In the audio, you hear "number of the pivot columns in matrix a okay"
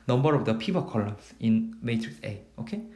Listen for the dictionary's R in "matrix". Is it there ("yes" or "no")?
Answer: yes